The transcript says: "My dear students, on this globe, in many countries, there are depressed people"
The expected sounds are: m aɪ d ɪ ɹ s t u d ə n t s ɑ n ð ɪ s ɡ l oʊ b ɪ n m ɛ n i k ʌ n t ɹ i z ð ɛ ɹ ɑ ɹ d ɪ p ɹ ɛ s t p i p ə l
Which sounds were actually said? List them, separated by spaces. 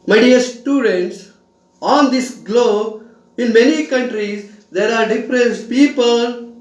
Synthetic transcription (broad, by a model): m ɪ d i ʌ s t u d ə n t s ɑ n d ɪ s ɡ l oʊ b ɪ n m ɛ n i k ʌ n t ɹ i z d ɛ ɹ ɑ ɹ d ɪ f ɹ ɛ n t p i p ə l